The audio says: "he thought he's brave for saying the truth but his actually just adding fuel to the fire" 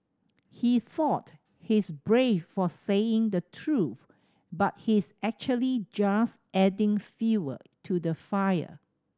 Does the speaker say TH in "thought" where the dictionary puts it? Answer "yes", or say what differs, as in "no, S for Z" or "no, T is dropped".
yes